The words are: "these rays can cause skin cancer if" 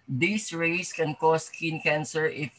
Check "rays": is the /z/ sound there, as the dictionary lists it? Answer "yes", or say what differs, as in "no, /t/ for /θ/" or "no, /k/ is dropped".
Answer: no, /s/ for /z/